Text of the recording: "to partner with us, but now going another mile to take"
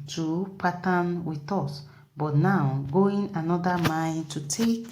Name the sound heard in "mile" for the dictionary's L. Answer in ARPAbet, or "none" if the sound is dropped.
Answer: N